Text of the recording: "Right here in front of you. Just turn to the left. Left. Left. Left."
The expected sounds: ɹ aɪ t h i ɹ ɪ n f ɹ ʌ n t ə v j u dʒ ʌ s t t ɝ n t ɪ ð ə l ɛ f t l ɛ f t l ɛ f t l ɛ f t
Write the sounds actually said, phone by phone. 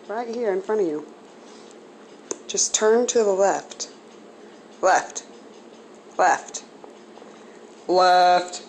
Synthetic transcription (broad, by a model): ɹ aɪ t h i ɹ ɪ n f ɹ ʌ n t ə v j u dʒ ʌ s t t ɝ n t ɪ ð ə l ɛ f t l ɛ f t l ɛ f t l ɛ f t